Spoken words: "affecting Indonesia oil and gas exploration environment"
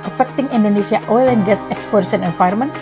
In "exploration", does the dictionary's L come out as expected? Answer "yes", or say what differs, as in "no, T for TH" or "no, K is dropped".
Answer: no, L is dropped